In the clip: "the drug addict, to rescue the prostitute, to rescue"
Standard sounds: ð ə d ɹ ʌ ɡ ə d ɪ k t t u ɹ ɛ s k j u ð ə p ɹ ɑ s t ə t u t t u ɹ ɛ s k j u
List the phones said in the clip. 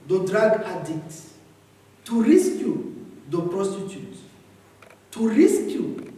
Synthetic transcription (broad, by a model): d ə d ɹ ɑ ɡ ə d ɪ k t t u ɹ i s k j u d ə p ɹ ɑ s t ə t u t t u ɹ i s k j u